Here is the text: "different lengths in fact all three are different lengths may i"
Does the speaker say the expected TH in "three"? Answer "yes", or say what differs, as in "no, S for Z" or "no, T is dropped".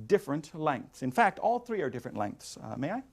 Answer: yes